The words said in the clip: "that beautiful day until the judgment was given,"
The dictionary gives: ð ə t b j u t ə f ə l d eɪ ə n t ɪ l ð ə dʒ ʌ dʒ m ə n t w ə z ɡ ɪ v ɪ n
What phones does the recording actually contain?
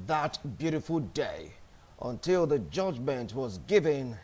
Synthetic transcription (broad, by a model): ð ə t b j u t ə f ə l d eɪ ə n t ɪ l ð ə dʒ ʌ dʒ m ə n t w ə z ɡ ɪ v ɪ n